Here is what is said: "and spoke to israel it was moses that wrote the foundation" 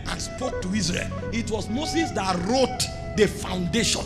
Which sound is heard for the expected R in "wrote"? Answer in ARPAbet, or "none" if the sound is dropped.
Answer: R